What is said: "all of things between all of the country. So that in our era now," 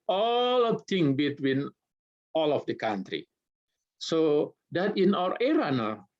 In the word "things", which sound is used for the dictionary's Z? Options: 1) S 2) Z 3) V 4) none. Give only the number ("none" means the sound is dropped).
4